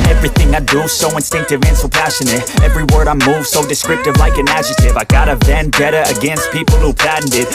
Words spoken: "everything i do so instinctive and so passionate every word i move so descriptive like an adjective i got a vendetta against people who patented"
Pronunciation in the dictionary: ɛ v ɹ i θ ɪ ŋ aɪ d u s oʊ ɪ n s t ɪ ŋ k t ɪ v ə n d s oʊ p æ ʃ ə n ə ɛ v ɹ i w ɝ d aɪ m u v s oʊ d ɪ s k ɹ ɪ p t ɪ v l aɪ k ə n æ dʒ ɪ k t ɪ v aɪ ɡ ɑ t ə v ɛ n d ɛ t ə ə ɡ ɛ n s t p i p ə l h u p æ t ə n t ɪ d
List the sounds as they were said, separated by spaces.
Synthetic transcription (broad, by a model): ɛ v ɹ i θ ɪ ŋ aɪ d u s oʊ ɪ n s t ɪ ŋ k t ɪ v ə n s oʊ p æ ʃ ə n ə ɛ v ɹ i w ɝ d aɪ m u v s oʊ d ɪ s k ɹ ɪ p t ɪ v l aɪ k ə n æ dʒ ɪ t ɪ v aɪ ɡ ɑ t ə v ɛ n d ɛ t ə ə ɡ ɛ n s t p i p l h u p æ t n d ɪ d